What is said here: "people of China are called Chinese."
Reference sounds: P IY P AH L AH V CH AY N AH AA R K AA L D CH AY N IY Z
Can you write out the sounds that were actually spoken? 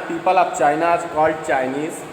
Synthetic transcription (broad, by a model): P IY P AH L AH P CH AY N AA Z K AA L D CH AY N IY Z